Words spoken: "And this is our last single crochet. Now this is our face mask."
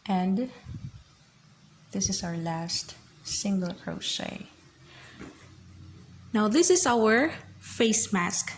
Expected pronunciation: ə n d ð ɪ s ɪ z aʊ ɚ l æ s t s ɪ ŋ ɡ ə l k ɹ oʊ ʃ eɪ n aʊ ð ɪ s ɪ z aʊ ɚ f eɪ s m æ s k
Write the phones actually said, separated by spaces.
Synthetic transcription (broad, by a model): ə n d ð ɪ s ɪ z aʊ ɚ l æ s t s ɪ ŋ ɡ ə l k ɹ oʊ s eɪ n aʊ ð ɪ s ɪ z aʊ ɚ f eɪ s m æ s k